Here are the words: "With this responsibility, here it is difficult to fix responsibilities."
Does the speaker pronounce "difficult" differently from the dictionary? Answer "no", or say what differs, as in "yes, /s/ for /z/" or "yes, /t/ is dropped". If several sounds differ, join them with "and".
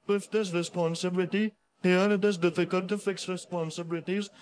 no